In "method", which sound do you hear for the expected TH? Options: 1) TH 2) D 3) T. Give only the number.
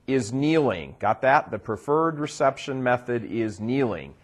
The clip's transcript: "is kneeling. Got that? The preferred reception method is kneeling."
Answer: 1